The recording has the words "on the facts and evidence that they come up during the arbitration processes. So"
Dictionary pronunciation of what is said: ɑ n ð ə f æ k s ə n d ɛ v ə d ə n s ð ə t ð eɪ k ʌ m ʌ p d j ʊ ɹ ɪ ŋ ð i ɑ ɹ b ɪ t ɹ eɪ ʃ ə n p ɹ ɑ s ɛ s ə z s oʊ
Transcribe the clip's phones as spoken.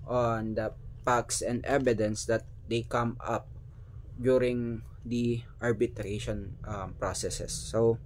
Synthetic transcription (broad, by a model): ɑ n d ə p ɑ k s ə n d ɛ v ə d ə n s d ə t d eɪ k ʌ m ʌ p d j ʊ ɹ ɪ ŋ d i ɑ ɹ b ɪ t ɹ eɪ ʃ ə n p ɹ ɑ s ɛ s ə s oʊ